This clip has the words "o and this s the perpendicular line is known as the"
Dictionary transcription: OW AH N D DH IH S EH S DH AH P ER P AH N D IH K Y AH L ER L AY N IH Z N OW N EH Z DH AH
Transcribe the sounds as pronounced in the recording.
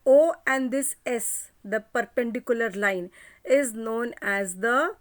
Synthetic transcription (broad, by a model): OW AH N D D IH S EH S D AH P ER P AH N D IH K Y AH L ER L AY N IH Z N OW N EH Z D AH